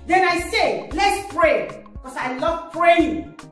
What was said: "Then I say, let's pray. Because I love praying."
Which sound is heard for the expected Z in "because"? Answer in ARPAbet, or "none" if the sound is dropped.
S